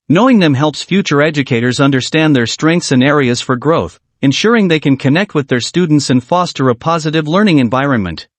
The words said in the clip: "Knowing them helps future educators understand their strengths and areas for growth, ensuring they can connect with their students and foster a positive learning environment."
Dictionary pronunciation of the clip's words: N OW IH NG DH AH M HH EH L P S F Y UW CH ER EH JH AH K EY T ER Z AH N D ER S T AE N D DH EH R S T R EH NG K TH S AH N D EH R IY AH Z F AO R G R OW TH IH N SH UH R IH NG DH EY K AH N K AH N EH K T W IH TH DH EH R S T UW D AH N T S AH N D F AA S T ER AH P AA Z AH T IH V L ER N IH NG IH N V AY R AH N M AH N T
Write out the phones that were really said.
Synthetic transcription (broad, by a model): N OW IH NG DH AH M HH EH L P S F Y UW CH ER EH JH AH K EY T ER Z AH N D ER S T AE N DH EH R S T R EH NG K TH S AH N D EH R IY AH Z F AO R G R OW TH IH N SH UH R IH NG DH EY K AH N K AH N EH K T W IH DH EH R S T UW D N T S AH N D F AA S T ER AH P AA Z AH T IH V L ER N IH NG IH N V AY R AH N M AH N T